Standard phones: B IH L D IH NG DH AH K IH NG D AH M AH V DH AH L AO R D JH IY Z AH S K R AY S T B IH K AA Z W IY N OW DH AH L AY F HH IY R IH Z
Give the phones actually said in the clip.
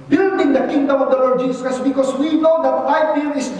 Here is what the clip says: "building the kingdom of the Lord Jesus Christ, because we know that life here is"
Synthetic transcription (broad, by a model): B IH L D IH NG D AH K IH NG D AH M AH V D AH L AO R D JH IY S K AY S B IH K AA S W IY N OW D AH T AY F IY L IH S